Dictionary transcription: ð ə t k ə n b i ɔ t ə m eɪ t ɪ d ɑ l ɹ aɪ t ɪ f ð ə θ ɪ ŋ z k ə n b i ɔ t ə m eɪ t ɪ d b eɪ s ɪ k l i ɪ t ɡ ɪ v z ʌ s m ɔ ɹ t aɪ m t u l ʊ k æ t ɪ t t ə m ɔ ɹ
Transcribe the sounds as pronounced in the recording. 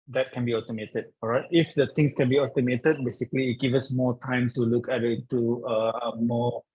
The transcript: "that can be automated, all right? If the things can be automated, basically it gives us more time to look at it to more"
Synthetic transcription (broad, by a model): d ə t k ə n b i ɔ t ə m eɪ t ɪ d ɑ ɹ aɪ t ɪ f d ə t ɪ ŋ s k ə n b i ɔ t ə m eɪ t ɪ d b eɪ s ɪ k l i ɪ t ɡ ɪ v ʌ s m ɔ t aɪ m t u l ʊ k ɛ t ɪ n t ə m ɔ